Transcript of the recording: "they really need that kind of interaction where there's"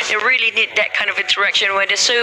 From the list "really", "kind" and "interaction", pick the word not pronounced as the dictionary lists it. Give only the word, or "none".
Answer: interaction